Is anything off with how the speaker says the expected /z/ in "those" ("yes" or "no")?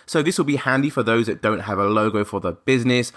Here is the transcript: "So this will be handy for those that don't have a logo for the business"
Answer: no